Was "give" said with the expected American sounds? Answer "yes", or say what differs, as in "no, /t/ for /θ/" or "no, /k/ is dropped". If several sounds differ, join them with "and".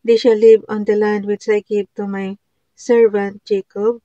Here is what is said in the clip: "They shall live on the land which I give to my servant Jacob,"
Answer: no, /b/ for /v/